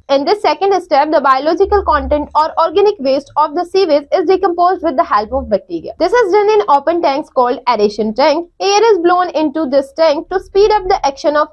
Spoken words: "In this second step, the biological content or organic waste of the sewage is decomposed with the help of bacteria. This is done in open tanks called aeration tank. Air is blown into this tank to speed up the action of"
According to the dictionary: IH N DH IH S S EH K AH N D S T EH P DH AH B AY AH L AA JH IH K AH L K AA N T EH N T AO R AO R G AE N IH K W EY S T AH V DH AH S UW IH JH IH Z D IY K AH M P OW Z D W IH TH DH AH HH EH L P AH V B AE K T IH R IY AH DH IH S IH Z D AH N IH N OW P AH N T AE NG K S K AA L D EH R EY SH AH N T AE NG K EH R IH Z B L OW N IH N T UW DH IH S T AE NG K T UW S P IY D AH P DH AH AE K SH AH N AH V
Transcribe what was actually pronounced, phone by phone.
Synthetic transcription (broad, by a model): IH N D IH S S EH K AH N D S T EH P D AH B AY AH L AA JH IH K AH L K AA N T EH N T AO R AO R G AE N IH K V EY S T AH V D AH S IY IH Z IH Z D IY K AH M P OW Z D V IH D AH HH EH L P AH V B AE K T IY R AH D IH S IH Z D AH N IH N OW P AH N T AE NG K S K AA L D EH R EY SH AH N T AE NG K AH R IH Z B L OW N IH N T UW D IH S T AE NG K T UW S P IY D AH P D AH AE K SH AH N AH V